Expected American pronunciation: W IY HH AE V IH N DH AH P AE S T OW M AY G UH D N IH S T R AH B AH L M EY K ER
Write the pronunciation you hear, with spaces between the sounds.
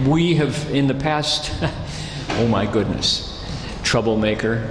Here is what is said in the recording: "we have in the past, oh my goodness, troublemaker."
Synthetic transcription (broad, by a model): W IY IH V IH N DH AH P AE S T OW M AY G UH D N IH S T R AH B L M EY K ER